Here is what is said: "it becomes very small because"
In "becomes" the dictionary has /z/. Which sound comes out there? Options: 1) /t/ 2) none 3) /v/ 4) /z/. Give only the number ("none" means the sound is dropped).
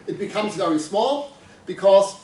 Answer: 4